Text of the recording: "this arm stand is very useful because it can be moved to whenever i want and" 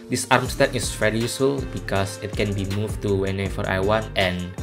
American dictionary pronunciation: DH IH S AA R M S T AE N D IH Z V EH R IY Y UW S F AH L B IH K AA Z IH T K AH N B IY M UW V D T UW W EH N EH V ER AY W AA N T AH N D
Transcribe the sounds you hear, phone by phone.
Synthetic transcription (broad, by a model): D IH S AA R M S T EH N IH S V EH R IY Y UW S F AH L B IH K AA S IH T K AH N B IY M UW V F T UW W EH N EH F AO AY W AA N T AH N